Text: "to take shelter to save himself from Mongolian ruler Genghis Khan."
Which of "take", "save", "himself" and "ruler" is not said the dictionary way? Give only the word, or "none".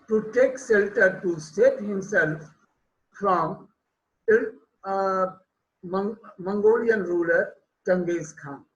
save